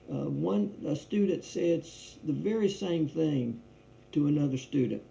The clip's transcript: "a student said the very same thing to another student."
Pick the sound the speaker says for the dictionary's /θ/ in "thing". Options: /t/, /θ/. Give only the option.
/θ/